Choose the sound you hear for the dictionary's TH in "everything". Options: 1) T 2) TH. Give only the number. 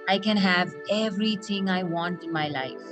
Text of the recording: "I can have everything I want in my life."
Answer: 1